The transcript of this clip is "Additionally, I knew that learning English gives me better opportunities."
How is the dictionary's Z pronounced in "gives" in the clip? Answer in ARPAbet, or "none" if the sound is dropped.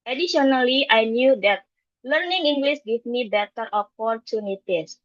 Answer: none